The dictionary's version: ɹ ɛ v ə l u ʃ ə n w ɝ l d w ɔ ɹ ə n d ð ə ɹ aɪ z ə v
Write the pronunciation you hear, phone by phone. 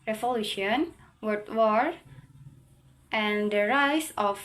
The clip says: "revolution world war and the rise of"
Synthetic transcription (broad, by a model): ɹ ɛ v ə l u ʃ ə n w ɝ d w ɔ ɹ ə n d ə ɹ aɪ s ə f